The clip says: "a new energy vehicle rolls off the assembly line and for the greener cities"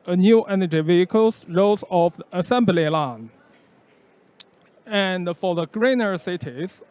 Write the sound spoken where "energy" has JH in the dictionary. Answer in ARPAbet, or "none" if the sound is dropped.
JH